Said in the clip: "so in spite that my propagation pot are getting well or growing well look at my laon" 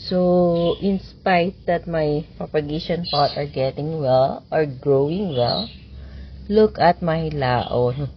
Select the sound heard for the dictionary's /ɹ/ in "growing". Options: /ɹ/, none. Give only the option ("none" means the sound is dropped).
/ɹ/